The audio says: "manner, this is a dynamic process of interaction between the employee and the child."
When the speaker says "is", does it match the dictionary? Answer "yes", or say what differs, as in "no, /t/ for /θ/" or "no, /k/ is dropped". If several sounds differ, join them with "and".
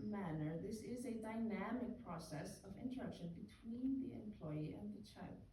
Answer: yes